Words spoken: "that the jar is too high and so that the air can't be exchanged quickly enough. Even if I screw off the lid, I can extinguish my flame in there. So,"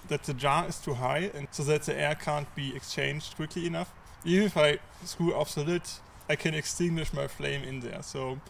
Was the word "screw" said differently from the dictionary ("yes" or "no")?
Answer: yes